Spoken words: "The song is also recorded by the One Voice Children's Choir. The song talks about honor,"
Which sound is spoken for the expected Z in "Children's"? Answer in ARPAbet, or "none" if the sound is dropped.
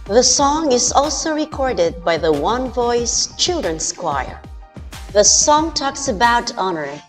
S